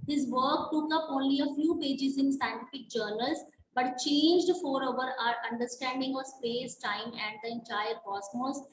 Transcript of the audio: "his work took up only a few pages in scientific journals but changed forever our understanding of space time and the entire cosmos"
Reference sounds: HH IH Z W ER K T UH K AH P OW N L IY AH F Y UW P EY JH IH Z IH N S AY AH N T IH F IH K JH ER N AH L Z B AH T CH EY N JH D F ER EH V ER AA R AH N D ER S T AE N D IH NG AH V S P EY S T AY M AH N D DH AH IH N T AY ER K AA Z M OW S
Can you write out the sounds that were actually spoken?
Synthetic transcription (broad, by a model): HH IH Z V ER K T UH K AH P OW N L IY AH F Y UW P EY JH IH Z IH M S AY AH N T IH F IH K JH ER N AH L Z B AH T CH EY N JH D F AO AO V ER AA R AH N D ER S T AE N D IH NG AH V S P EY S T AY M AH N D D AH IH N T AY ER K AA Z M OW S